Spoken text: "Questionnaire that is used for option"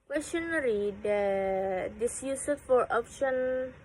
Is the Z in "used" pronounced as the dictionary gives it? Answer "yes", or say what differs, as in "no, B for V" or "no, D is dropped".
no, S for Z